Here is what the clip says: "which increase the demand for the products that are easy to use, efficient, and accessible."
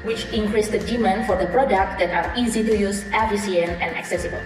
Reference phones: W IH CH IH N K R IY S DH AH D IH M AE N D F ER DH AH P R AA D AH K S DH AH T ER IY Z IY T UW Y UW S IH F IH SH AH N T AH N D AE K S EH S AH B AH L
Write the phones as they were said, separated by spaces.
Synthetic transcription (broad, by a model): W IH CH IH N K R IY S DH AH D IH M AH N F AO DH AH P R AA D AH K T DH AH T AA IY Z IY T UW Y UW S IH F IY S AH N AH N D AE K S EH S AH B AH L